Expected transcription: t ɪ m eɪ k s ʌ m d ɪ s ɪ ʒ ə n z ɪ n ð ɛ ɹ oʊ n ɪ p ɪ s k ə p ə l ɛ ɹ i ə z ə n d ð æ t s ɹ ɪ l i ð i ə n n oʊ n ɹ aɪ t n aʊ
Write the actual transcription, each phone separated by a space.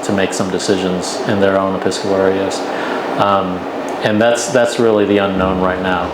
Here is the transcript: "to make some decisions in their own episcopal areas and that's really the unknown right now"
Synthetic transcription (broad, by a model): t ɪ m eɪ k s ʌ m d ɪ s ɪ ʒ ə n z ɪ n ð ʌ ɹ oʊ n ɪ p ɪ s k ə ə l ɛ ɹ i ə z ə n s ð æ t s ɹ ɪ l i ð i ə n n oʊ n ɹ aɪ t n aʊ